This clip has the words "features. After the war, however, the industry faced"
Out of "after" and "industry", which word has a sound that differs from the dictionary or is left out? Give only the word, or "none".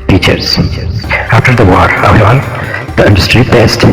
none